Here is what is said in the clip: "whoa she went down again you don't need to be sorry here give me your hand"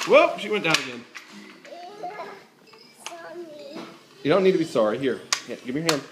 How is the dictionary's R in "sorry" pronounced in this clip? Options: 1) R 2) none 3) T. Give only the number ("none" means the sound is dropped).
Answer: 1